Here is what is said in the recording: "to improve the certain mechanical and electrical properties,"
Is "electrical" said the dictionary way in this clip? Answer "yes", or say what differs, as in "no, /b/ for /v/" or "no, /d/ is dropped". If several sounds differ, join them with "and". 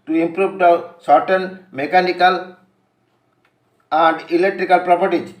yes